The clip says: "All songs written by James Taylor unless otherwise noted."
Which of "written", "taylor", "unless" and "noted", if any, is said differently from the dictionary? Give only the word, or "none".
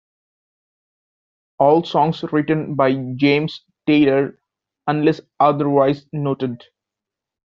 none